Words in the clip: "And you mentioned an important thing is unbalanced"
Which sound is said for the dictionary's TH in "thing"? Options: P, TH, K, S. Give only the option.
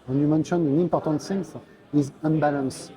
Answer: S